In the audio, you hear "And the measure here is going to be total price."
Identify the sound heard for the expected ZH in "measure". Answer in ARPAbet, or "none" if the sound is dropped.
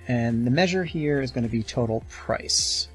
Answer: ZH